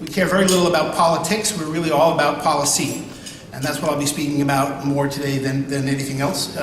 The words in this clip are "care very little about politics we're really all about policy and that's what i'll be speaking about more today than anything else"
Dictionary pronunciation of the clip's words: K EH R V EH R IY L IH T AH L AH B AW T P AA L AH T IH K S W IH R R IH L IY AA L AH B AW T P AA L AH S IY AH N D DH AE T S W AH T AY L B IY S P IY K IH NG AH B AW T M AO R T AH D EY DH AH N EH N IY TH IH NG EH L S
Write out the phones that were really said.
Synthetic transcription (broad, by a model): K EH R V EH R IY L IH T L AH B AW T P AA L AH T IH K S W IH R R IH L IY AA L AH B AW T P AA L AH S IY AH N DH AE T S W AH T AY L B IY S P IY K IH NG AH B AW T M AO R T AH D EY DH AH N EH N IY TH IH NG EH L S